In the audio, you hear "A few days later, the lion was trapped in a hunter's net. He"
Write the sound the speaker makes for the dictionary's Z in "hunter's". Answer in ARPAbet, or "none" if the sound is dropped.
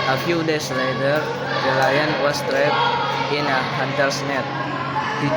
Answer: S